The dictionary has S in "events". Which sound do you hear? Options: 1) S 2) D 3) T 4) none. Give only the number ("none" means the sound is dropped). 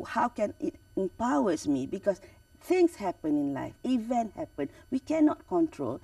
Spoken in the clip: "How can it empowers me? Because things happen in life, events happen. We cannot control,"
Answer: 4